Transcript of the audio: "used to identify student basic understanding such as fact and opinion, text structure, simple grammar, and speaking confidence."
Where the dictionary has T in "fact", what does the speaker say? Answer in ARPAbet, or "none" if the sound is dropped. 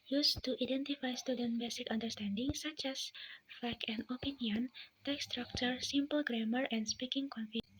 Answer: none